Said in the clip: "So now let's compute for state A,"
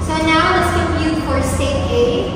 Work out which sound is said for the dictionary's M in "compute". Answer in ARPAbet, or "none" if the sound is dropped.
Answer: none